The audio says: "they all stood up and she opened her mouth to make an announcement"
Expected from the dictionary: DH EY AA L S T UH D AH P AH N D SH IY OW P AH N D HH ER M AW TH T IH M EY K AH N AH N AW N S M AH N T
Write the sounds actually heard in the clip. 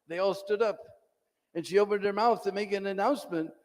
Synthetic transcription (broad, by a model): DH EY AA L S T UH D AH P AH N SH IY OW P AH N D ER M AW TH T IH M EY K AH N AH N AW N S M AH N T